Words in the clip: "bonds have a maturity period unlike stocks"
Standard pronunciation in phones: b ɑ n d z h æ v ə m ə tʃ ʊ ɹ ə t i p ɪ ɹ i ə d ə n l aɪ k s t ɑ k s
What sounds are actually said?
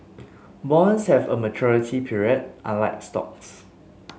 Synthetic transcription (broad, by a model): b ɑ n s h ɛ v ə m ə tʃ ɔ ɹ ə t i p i ɹ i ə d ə l aɪ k s t ɑ k s